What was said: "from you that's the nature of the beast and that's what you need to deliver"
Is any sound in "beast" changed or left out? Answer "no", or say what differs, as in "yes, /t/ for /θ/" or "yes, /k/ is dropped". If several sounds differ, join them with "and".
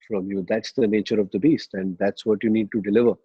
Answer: no